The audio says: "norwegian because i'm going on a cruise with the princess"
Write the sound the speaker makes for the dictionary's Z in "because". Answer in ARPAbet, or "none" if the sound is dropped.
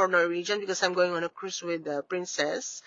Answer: S